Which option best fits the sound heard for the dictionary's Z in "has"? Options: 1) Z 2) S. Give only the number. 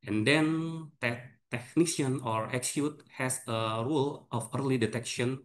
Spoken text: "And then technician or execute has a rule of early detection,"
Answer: 2